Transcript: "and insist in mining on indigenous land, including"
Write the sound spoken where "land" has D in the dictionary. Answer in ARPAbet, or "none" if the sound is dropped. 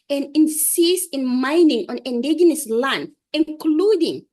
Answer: none